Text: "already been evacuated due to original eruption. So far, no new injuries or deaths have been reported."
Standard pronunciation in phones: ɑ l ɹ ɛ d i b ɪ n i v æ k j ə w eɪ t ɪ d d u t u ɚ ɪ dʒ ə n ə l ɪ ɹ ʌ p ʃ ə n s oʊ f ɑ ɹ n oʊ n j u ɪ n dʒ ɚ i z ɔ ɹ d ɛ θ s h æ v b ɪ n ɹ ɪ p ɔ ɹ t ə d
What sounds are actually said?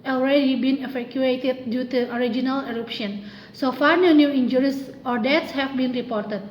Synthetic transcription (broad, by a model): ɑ l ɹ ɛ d i b ɪ n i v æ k j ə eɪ t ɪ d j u t u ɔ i dʒ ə n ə l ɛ ɹ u p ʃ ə n s oʊ f ɑ ɹ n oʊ n j u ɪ n dʒ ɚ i s ɔ ɹ d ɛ t s h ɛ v b ɪ n ɹ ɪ p ɔ ɹ t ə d